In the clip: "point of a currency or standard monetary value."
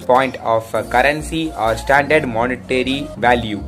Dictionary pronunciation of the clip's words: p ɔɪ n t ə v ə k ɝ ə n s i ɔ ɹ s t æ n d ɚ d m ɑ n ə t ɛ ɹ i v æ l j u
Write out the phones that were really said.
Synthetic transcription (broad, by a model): p ɔɪ n t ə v ə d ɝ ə n s i ɔ ɹ s t æ n d ɚ d m ɑ n ə t ɛ ɹ i v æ l j u